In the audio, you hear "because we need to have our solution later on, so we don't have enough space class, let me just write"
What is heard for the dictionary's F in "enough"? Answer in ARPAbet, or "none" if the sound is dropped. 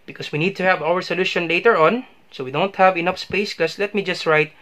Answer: F